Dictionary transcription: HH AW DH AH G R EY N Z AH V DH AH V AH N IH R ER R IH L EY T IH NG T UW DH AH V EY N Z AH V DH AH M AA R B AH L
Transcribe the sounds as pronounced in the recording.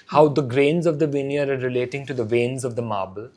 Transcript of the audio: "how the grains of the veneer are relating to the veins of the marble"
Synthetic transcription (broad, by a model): HH AW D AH G R EY N Z AH V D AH V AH N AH R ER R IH L EY T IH NG T UW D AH V EY N Z AH V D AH M AA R B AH L